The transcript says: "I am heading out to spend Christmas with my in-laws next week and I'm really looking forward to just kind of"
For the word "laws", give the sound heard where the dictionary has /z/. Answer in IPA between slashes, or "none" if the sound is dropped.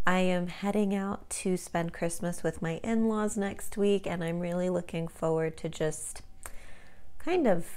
/z/